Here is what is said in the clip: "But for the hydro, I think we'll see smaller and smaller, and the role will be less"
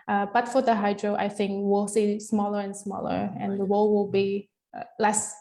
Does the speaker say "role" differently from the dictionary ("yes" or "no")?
yes